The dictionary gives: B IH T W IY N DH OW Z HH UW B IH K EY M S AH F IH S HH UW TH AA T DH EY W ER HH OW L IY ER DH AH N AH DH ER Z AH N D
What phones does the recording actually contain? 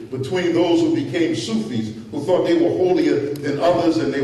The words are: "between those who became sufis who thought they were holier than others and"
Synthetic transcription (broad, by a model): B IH T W IY N DH OW Z HH UW B IH K EY M S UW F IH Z HH UW TH AA T DH EY W ER HH OW L IY ER DH AH N AH DH ER Z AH N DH